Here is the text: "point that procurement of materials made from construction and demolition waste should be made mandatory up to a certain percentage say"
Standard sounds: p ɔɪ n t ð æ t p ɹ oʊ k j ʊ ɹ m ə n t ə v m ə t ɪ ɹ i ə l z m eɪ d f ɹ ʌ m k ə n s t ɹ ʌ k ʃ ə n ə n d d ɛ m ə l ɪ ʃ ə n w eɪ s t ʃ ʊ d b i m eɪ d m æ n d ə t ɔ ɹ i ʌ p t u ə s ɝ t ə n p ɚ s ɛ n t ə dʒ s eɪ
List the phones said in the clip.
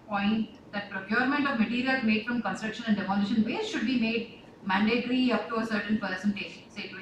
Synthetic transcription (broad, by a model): p ɔɪ n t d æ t p ɹ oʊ k j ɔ ɹ m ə n t ə v m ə t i ɹ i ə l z m eɪ d f ɹ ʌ m k ə n s t ɹ ʌ k ʃ ə n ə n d d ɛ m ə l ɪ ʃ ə n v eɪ t ʃ ʊ d b i m eɪ d m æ n d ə t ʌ ɹ i ʌ p t u ə s ɝ t ə n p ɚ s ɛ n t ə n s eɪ